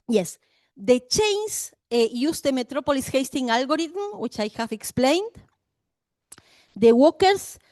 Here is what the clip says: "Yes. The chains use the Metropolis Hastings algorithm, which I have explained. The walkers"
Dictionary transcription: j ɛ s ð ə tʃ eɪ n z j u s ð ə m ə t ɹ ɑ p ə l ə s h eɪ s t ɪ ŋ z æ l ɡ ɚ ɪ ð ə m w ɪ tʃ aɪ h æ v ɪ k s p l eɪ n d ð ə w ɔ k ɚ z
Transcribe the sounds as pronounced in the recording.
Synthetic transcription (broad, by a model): j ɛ s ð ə tʃ eɪ n s j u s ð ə m ə t ɹ ɑ p ə l ə s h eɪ s t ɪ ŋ ɑ l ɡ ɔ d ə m w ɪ tʃ aɪ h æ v ɪ k s p l eɪ n d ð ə w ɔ k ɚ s